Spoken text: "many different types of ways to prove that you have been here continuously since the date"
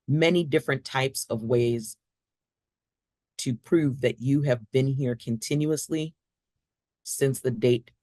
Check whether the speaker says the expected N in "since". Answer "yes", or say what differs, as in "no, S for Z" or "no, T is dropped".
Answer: yes